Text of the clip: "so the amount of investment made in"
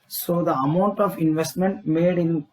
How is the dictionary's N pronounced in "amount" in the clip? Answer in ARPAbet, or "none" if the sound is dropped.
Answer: N